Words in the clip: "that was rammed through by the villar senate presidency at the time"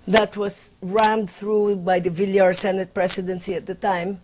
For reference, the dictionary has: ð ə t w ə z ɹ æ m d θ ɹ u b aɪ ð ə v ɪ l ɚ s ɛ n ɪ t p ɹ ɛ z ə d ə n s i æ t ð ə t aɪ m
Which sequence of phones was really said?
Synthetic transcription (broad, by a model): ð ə t w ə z ɹ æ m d θ ɹ u b aɪ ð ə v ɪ l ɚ s ɛ n ɪ t p ɹ ɛ s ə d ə n s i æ t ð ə t aɪ m